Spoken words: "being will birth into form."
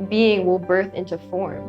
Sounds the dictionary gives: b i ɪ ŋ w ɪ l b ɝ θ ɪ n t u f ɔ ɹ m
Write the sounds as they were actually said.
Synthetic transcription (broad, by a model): b i ɪ ŋ w ɪ l b ɝ θ ɪ n t u f ɔ ɹ m